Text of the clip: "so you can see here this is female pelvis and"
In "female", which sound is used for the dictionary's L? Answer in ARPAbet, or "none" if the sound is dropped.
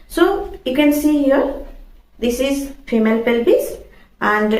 L